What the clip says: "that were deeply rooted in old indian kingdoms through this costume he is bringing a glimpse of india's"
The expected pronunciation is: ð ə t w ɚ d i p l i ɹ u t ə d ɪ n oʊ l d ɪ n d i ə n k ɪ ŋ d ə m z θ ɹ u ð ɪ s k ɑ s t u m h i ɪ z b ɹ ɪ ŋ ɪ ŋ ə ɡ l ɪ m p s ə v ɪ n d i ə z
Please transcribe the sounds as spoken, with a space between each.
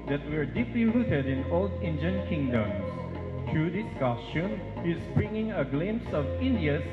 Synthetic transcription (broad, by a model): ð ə t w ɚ d i p l i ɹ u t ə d ɪ n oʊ l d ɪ n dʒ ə n k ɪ ŋ d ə m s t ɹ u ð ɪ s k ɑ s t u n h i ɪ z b ɹ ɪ ŋ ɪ ŋ ə ɡ l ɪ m s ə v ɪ n d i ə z